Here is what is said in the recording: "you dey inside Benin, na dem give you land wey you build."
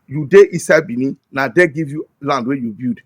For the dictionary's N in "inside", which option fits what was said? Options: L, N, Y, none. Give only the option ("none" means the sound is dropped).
none